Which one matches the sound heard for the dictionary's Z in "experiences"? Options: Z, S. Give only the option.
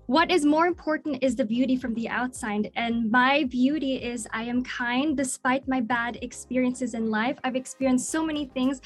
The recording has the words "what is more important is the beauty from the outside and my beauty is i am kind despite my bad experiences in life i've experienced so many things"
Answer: Z